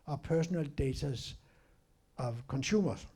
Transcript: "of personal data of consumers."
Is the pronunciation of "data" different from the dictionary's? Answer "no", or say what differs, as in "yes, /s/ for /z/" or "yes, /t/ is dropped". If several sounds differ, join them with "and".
yes, /s/ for /t/